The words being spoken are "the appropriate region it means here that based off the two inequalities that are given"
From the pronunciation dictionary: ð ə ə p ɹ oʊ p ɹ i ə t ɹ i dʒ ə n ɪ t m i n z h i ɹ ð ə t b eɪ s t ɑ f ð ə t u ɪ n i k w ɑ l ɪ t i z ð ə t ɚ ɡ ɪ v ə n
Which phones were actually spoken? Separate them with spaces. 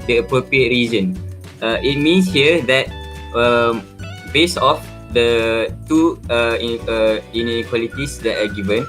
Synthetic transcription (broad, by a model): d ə ə p ɹ oʊ p ɹ i ə t ɹ i z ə n ɪ t m i n s h i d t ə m b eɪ s ɑ f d ə t u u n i k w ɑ l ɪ t i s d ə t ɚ ɡ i v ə n